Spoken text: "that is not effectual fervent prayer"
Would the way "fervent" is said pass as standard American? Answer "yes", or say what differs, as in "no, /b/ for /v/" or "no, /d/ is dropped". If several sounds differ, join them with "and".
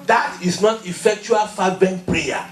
no, /b/ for /v/